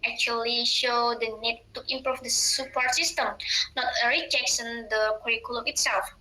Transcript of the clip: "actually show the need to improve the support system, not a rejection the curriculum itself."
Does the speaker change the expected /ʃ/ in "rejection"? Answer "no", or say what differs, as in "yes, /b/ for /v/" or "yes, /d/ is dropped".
yes, /s/ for /ʃ/